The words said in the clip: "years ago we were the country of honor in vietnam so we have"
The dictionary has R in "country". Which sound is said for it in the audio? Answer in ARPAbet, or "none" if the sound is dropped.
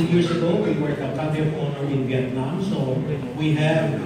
none